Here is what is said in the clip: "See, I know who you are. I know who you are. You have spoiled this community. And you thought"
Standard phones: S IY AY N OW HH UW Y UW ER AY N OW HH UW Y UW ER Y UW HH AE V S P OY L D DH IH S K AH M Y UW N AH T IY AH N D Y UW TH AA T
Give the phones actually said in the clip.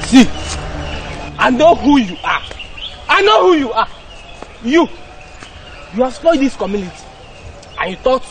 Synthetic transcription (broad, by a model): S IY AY N OW HH UW Y UW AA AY N OW HH UW Y UW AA Y UW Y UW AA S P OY D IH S K AH M Y UW N AH T IY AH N Y UW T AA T